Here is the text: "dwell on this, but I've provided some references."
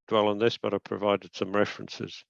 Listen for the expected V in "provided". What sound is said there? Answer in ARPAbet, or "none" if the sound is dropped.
V